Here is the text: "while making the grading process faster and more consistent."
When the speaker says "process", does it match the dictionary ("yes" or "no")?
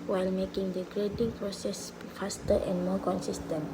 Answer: yes